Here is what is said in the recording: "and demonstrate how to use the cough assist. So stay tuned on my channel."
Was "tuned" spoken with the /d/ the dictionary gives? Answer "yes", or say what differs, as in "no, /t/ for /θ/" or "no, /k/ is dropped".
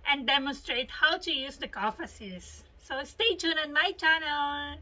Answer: no, /d/ is dropped